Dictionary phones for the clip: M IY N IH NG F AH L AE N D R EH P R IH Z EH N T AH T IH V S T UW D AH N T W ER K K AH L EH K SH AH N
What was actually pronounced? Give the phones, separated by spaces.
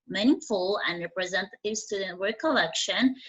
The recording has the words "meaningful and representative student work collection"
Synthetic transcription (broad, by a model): M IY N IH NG F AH L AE N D R EH P R IH Z EH N T AH T IH V S T UW D AH N T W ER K K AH L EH K SH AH N